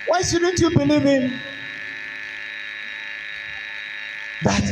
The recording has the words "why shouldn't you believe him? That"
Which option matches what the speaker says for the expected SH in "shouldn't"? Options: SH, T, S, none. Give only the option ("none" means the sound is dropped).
S